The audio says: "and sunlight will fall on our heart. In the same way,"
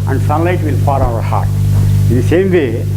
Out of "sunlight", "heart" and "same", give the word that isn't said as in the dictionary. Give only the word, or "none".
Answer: none